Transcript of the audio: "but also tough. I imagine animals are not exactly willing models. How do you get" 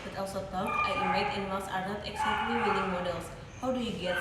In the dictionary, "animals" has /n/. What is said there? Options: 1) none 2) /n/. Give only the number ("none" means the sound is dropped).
1